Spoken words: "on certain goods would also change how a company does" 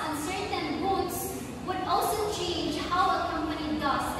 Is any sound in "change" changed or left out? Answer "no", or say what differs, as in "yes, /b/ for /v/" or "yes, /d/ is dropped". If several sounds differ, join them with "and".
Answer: no